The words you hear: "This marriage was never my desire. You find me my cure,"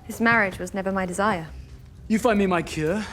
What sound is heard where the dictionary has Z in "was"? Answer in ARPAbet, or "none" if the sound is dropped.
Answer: Z